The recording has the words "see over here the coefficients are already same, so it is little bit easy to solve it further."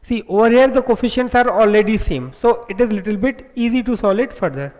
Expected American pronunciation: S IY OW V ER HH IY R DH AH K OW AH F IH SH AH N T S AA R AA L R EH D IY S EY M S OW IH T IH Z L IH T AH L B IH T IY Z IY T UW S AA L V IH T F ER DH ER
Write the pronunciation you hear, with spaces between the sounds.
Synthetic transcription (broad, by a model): S IY OW V ER HH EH R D AH K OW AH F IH SH AH N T S AA R AA L R EH D IY S EY M S OW IH T IH Z L IH T AH L B IH T IY Z IY T UW S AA L IH T F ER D ER